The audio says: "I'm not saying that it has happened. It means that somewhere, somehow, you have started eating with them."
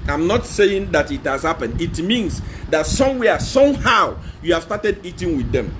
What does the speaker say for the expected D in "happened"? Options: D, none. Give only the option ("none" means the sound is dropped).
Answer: none